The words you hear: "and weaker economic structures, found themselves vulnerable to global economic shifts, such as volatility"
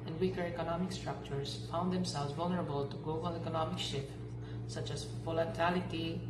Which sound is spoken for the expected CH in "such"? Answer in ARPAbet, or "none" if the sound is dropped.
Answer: CH